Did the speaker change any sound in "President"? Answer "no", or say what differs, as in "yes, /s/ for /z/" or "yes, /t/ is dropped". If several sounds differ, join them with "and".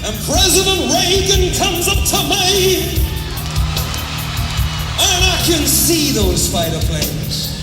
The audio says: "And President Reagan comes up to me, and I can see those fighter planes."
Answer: no